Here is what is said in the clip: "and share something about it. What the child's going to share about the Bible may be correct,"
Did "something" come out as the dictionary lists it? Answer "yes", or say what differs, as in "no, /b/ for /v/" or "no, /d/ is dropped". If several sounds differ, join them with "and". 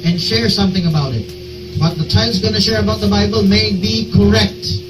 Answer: yes